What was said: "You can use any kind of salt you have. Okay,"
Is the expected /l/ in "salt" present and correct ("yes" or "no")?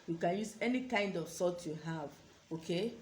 no